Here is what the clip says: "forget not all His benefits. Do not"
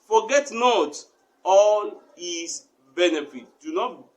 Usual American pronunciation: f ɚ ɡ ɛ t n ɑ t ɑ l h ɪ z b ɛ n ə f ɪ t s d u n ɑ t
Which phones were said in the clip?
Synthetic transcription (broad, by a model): f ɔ ɡ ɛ t n ɑ t ɑ l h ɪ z b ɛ n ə f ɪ t d u n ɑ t